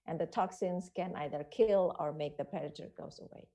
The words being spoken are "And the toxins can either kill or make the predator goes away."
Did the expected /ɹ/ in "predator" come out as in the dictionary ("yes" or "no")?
no